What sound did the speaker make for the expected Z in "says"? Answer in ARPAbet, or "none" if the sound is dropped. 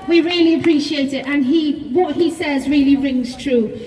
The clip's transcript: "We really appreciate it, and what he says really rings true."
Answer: Z